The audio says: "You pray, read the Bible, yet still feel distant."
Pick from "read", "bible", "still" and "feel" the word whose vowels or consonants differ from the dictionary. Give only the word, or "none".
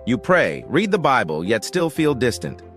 none